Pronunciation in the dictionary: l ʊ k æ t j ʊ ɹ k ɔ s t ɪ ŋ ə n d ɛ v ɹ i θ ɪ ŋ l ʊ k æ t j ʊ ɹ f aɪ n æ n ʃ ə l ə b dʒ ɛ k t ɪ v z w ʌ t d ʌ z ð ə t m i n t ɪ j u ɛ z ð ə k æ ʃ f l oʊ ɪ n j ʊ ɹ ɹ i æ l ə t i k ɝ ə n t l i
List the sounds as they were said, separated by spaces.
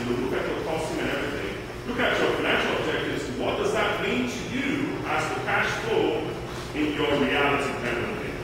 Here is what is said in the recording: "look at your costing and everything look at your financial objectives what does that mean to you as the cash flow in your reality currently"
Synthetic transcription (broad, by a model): l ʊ k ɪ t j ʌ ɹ k ɔ s t ɪ ŋ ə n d ɛ v ɹ i θ ɪ ŋ l ʊ k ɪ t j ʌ ɹ f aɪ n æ n ʃ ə l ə b dʒ ɛ k t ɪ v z w ʌ t d ʌ z ð ə t m i n t ɪ j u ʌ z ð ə k æ ʃ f oʊ ɪ n j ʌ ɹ ɹ i æ l ə t i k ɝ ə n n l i